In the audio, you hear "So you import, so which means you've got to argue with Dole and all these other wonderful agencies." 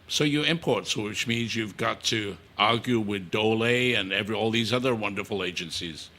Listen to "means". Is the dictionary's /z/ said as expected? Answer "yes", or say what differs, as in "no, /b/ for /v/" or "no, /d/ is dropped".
yes